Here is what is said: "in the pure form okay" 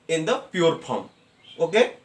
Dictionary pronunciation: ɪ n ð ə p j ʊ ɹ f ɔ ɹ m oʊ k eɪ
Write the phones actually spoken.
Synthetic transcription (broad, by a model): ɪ n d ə p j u ɹ p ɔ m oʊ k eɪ